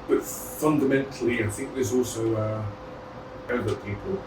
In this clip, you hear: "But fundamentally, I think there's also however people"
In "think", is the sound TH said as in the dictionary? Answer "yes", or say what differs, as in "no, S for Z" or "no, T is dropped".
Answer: yes